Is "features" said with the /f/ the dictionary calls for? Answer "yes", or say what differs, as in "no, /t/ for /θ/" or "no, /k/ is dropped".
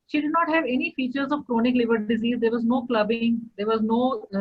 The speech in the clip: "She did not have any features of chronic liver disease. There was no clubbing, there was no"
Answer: yes